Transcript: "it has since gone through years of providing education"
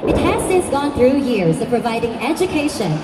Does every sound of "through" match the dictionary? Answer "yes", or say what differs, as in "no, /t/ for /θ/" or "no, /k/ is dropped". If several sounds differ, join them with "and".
yes